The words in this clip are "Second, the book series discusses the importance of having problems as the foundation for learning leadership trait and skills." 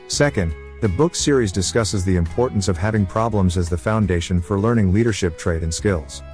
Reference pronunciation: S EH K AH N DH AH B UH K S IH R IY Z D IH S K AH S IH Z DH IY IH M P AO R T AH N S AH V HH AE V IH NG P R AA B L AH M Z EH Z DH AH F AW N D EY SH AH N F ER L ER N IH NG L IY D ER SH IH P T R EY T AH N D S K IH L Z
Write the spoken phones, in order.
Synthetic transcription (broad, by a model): S EH K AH N DH AH B UH K S IH R IY Z D IH S K AH S IH Z DH IY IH M P AO R T N S AH V HH AE V IH NG P R AA B L AH M Z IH Z DH AH F AW N D EY SH AH N F ER L ER N IH NG L IY D ER SH IH P T R EY T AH N S K IH L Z